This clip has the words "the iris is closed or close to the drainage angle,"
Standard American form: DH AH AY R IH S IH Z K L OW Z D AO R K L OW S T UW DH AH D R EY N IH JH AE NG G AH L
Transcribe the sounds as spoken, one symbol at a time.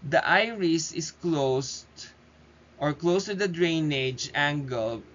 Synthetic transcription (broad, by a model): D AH AY R IH S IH S K L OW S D AO R K L OW S T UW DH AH D R EY N IH JH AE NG G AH L